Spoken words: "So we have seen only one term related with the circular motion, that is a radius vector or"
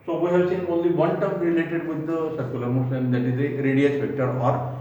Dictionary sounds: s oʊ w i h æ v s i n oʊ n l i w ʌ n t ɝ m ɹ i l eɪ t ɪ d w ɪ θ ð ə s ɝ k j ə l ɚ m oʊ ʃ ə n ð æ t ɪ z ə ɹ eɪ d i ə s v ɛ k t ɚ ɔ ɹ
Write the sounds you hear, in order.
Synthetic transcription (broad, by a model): s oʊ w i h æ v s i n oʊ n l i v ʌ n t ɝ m ɹ i l eɪ t ɪ d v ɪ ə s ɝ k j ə l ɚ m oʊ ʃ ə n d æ t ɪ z ə ɹ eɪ d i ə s p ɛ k t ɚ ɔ ɹ